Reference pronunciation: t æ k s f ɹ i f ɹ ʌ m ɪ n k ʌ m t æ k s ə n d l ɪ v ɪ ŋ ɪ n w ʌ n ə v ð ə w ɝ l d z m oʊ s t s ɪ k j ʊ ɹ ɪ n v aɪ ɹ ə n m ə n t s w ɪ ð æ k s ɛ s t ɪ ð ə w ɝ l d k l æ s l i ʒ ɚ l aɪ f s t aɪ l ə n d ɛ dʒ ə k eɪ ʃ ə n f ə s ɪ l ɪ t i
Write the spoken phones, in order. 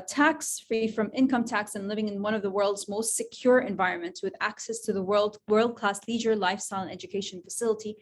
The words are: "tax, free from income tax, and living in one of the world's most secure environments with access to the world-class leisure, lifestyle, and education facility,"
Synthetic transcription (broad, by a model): t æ k s f ɹ i f ɹ ʌ m ɪ n k ʌ m t æ k s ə n l ɪ v ɪ ŋ ɪ n w ʌ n ə v ð ə w ɝ l d z m oʊ s t s ɪ k j ʊ ɹ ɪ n v aɪ ɹ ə n m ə n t s w ɪ ð æ k s ɛ s t ɪ ð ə w ɝ l d k l æ s l i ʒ ɚ l aɪ f s t aɪ l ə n ɛ dʒ ə k eɪ ʃ ə n f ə s ɪ l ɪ t i